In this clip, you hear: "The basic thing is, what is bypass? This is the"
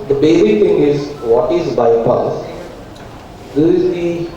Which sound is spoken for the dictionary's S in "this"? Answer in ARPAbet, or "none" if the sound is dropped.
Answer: none